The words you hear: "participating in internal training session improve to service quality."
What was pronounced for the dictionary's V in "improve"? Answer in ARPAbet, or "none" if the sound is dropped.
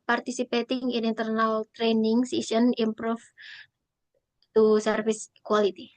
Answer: F